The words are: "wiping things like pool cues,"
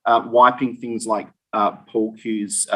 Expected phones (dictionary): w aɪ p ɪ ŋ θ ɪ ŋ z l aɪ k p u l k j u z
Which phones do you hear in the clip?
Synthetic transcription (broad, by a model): w aɪ p ɪ ŋ θ ɪ ŋ z l aɪ k p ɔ l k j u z